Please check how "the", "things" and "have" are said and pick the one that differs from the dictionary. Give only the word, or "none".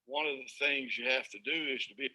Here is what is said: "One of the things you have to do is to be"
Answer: have